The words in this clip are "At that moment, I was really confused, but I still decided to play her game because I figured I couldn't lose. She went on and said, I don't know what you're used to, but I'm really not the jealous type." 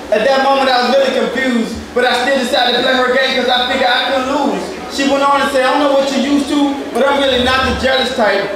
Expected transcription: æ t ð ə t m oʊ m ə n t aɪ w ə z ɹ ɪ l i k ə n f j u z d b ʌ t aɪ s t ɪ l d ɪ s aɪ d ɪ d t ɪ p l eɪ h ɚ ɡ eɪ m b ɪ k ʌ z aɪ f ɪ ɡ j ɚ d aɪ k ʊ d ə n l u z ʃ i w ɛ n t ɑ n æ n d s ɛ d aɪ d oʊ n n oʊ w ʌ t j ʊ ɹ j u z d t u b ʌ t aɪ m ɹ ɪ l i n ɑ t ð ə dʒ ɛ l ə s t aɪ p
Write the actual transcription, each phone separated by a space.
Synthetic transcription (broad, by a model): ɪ t ð ə t m oʊ m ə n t aɪ w ə z ɹ ɪ l i k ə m f j u z d b ʌ t aɪ s t ɪ l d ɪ s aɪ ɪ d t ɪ p l eɪ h ɚ ɡ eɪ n k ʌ z aɪ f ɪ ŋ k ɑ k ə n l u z ʃ i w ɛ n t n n s ɛ ɪ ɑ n n oʊ w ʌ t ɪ j u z t u b ʌ t aɪ m ɹ ɪ l i n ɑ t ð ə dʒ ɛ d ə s t aɪ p